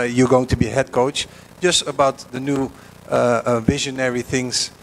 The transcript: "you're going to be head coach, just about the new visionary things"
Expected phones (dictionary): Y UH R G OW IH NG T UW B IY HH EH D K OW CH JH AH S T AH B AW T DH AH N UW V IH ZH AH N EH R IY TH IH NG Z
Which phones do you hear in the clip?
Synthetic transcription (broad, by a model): Y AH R G OW IH NG T UW B IY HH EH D K OW CH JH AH S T AH B AW T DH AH N UW V IH ZH AH N EH R IY TH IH NG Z